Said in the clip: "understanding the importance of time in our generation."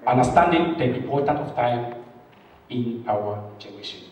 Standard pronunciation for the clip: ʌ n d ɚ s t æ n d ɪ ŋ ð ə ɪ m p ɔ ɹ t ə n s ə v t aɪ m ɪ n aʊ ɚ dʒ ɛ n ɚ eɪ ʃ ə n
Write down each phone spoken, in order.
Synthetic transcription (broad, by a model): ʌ n d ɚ s t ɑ n d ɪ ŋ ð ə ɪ p ɔ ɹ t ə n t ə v t aɪ m ɪ n aʊ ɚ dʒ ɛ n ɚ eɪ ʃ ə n